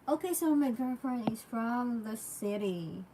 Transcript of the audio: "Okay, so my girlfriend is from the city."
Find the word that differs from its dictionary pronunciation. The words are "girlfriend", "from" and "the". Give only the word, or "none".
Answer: girlfriend